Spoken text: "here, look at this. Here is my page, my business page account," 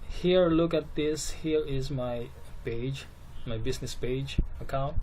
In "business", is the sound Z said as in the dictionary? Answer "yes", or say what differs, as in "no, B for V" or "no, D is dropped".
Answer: no, S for Z